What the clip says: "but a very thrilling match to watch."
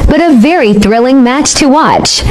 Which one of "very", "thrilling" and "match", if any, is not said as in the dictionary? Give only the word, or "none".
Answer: none